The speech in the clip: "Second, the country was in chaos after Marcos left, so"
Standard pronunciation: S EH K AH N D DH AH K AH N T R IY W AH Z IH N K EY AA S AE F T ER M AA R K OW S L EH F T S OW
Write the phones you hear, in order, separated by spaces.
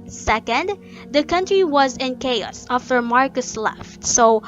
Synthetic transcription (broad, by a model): S EH K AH N D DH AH K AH N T R IY W AH Z IH N K EY AA S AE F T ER M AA R K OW S L EH F T S OW